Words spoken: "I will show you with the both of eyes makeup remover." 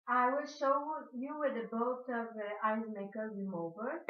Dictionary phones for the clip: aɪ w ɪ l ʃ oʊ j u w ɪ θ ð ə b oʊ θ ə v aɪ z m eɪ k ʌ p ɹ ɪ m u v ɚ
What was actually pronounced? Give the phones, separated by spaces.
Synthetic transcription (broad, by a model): aɪ w ɪ l ʃ oʊ j u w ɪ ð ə b oʊ t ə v aɪ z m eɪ k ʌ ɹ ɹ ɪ m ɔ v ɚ